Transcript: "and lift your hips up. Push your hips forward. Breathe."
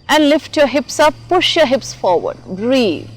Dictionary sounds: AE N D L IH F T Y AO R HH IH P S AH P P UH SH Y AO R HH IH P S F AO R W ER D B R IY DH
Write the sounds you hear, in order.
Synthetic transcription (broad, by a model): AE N D L IH F T Y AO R HH IH P S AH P P UH SH Y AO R HH IH P S F AO R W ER D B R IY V